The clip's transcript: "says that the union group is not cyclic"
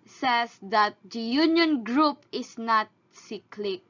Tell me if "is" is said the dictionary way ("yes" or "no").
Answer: no